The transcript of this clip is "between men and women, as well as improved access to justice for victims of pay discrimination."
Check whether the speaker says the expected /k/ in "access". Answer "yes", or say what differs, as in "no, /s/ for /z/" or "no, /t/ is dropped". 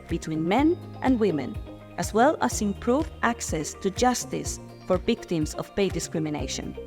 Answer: yes